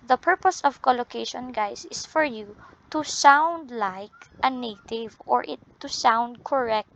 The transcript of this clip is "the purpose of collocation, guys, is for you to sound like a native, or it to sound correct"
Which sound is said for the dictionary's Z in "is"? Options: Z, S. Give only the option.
S